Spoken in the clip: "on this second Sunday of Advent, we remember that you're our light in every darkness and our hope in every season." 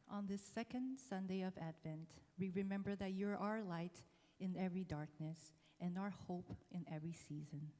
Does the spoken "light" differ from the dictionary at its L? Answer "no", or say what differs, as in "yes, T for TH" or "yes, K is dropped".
no